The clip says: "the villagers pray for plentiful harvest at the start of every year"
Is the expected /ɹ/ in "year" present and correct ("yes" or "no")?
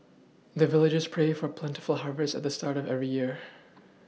yes